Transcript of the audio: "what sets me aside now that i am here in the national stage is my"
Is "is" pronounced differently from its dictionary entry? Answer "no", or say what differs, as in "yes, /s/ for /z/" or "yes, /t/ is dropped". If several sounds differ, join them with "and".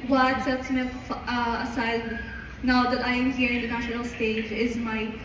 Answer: no